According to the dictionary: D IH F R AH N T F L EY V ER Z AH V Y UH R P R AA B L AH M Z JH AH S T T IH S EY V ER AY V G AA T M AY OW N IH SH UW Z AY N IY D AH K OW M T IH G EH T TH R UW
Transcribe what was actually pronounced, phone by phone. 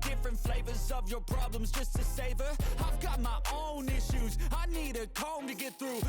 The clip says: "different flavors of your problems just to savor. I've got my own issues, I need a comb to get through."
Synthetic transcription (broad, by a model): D IH F R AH N T F L EY V ER Z AH V Y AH R P R AA B L AH M Z JH AH S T T IH S EY V ER AY V G AA T M AY OW N IH SH UW Z AY N IY D AH K OW M T IH G EH T TH R UW